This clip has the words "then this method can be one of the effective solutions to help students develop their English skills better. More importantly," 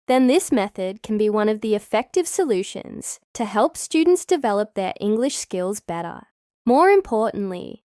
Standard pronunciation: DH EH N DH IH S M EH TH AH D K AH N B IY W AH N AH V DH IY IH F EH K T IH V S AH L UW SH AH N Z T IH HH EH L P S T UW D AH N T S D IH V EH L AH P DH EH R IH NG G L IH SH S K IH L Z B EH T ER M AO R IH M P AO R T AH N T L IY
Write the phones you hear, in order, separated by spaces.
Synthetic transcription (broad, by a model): DH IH N DH IH S M EH TH AH D K N B IY W AH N AH V DH IY IH F EH K T IH V S AH L UW SH AH N Z T IH HH EH L P S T UW D N T S D IH V EH L AH P DH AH R IH NG G L IH SH S K IH L Z B EH T ER M AO R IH M P AO R T N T L IY